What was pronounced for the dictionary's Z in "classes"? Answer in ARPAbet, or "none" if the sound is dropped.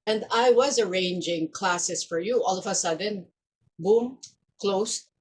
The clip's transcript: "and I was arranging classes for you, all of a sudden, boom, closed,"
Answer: S